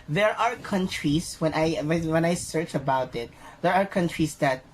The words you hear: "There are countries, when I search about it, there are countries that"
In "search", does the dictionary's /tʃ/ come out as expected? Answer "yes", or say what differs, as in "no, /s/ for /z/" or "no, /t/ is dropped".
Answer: yes